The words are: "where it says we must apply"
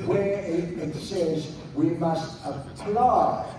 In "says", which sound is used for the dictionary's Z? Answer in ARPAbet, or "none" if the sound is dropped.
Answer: Z